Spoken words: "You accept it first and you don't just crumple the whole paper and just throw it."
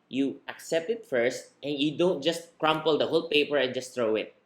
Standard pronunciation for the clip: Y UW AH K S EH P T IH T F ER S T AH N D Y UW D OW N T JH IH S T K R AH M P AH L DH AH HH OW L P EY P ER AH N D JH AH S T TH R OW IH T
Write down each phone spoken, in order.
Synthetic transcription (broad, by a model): Y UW AH K S EH P T IH T F ER S T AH N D Y UW D OW N T JH IH S T K R AH M P AH L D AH HH OW L P EY P ER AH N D JH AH S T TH R OW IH T